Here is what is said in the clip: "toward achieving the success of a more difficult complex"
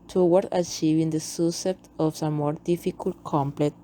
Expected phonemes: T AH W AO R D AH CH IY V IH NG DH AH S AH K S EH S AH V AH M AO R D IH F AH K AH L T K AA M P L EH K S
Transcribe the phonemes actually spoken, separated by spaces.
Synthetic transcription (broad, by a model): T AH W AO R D AH CH IY V IH NG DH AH S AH S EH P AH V AH M AO R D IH F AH K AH L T K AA M P L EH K